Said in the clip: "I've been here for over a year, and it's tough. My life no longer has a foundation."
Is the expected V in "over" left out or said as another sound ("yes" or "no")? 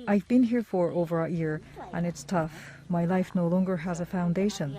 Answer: no